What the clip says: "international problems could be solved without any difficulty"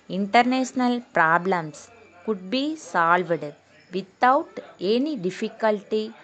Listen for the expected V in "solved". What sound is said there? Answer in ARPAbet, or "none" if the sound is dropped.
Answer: V